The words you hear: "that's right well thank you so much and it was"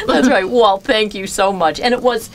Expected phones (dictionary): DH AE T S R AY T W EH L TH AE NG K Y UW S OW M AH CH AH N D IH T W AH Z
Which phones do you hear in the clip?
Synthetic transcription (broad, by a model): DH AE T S R AY T W EH L TH AE NG K Y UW S OW M AH CH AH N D IH T W AH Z